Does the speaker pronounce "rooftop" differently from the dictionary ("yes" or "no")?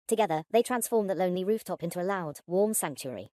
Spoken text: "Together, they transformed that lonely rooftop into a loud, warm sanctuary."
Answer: no